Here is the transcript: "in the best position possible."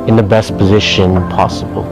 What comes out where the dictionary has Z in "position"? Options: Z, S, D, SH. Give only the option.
Z